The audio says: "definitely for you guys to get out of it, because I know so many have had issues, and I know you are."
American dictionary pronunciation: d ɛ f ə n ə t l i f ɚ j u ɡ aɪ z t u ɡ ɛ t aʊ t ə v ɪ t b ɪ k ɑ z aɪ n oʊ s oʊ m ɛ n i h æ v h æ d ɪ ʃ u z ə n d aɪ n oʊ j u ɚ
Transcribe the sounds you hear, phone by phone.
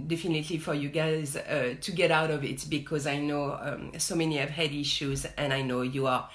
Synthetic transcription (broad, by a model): d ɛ f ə n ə t l i f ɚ j u ɡ aɪ z t u ɡ ɛ t aʊ t ə v ɪ t b ɪ k ɑ z aɪ n oʊ s oʊ m ɛ n i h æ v h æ d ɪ ʃ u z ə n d aɪ n oʊ j u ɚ